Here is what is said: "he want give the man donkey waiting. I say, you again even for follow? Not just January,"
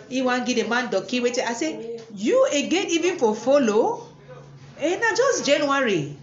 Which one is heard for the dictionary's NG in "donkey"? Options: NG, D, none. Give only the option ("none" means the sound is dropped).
none